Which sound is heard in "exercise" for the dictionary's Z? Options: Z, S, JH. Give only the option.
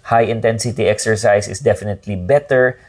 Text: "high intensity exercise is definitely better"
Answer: S